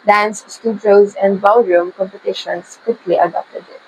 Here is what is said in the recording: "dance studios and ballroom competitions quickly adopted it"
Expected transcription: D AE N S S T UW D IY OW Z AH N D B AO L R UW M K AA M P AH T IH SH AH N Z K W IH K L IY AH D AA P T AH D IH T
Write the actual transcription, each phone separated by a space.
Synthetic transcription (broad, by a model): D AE N S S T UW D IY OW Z AH N D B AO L R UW M K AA M P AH T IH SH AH N S K W IH K L IY AH D AA P T AH D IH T